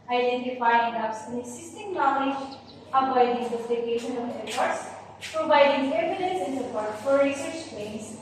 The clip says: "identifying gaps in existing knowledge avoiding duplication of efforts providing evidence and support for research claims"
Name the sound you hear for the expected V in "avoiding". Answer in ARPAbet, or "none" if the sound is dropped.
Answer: B